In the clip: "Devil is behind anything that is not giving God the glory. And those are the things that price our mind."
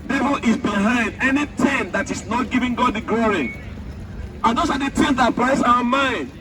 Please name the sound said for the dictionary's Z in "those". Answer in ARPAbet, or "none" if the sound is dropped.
S